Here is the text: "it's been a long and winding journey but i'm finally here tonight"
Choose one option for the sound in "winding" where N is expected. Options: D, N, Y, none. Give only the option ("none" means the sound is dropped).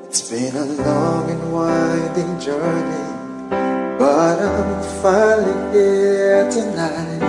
none